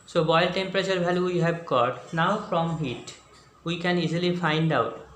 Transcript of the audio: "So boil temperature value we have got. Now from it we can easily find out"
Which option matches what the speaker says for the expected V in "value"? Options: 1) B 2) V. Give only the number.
1